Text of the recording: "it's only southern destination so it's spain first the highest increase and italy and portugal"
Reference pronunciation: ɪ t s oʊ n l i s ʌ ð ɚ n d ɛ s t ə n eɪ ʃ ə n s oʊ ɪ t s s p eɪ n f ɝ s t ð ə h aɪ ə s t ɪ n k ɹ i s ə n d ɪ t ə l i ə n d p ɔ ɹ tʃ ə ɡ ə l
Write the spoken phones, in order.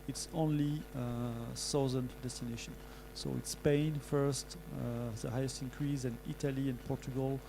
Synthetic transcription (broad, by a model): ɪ t s oʊ n l i s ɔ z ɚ n d ɛ s t ə n eɪ ʃ ə n s oʊ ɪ t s s p eɪ n f ɝ s t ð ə h aɪ ə s t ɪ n k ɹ i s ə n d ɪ t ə l i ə n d p ɔ ɹ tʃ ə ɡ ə l